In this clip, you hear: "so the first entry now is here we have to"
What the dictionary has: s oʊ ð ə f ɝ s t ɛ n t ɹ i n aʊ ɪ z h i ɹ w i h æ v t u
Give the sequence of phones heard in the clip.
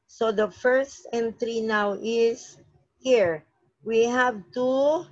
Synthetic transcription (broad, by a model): s oʊ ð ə f ɝ s t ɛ n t ɹ i n aʊ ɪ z h i ɹ w i h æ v t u